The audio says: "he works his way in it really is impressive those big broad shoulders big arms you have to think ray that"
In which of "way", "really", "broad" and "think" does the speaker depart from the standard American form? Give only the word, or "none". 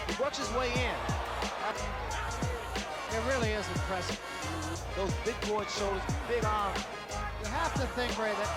broad